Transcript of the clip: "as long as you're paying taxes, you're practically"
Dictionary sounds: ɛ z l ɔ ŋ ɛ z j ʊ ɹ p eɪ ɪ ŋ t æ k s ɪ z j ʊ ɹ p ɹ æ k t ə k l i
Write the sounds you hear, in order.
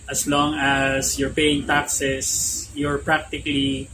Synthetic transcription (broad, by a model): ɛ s l ɔ ŋ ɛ s j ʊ ɹ p eɪ ɪ ŋ t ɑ k s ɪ s j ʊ ɹ p ɹ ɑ k t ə k l i